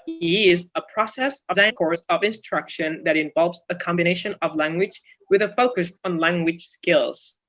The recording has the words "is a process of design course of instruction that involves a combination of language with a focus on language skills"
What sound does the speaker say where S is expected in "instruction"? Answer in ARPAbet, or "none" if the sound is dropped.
S